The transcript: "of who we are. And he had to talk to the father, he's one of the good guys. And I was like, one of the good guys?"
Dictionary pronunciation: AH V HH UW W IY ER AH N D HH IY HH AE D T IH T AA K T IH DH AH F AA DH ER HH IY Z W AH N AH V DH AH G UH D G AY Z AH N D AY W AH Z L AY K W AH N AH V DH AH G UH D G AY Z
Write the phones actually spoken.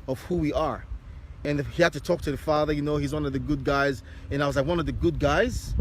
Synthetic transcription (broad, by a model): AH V HH UW W IY ER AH N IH HH IY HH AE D T IH T AA K T IH DH AH F AA DH ER HH IY Z W AH N AH V DH AH G UH D G AY Z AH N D AY W AH Z L AY K W AH N AH V DH AH G UH D G AY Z